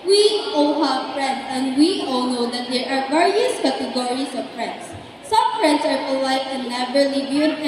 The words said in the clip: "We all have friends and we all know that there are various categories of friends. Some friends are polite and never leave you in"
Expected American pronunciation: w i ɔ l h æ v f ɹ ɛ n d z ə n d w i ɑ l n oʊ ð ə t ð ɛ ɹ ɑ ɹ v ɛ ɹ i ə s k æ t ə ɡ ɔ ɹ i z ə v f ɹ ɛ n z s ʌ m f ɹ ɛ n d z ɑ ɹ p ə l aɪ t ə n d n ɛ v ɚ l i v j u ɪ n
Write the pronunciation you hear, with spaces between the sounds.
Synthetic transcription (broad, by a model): w i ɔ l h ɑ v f ɹ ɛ n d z ə n d w i ɑ l n oʊ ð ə t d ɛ ɹ ɑ ɹ v ɛ ɹ i ə s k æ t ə ɡ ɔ ɹ i s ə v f ɹ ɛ n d s ʌ m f ɹ ɛ n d s ɑ ɹ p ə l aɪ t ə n n ɛ v ɚ l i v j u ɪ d